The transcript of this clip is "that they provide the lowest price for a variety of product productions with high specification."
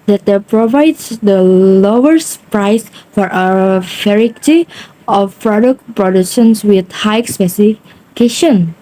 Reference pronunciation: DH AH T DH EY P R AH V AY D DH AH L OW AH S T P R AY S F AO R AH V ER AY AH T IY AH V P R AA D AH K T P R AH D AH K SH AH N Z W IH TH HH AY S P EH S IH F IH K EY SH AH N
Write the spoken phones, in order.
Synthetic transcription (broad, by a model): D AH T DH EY P R AH V AY D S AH L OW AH S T P R AY S F AO R AH F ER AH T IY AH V P R AA D AH K T P R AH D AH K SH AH N S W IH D HH AY S P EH S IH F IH K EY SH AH N